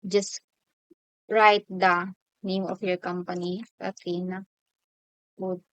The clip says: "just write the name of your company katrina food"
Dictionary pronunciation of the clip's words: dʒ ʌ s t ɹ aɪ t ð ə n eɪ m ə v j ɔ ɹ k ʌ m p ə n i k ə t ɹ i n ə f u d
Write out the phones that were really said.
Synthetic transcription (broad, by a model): dʒ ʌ s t ɹ aɪ t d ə n eɪ m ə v j ɔ ɹ k ʌ m p ə n i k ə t i n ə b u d